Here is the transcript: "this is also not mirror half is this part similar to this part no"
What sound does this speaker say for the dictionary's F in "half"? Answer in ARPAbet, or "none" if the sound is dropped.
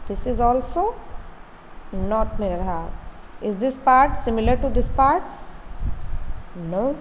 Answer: none